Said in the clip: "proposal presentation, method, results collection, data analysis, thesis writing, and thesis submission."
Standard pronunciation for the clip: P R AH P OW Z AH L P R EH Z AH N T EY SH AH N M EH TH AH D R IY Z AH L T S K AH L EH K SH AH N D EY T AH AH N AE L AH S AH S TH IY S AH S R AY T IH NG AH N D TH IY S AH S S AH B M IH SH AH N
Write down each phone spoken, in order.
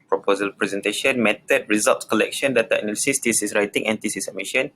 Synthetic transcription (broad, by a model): P R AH P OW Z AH L P R EH Z AH N T EY SH AH N M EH T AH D R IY Z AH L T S K AH L EH K SH AH N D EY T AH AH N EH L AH S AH S T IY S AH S R AY T IH NG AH N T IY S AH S S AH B M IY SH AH N